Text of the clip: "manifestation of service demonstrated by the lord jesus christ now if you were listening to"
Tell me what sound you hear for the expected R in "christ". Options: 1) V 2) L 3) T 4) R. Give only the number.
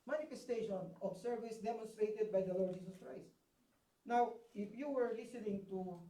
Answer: 4